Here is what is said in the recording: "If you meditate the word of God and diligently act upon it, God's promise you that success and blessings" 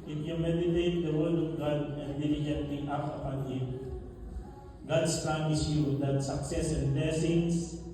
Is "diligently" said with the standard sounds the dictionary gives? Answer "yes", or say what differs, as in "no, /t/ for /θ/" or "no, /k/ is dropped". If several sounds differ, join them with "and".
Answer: no, /n/ is dropped